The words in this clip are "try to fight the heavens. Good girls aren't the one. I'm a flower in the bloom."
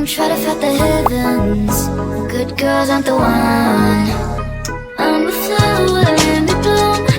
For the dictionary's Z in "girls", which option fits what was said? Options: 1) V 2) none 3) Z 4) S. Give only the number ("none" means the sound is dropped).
3